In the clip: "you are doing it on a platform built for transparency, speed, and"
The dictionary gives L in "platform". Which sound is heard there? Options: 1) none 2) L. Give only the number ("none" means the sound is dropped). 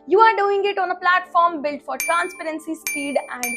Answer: 2